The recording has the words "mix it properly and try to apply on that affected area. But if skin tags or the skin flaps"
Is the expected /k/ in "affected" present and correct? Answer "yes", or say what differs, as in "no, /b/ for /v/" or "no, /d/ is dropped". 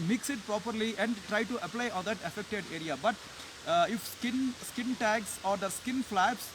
yes